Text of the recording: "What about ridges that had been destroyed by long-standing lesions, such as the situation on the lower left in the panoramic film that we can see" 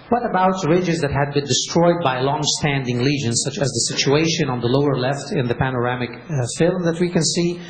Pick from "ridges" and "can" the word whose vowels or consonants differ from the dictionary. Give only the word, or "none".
none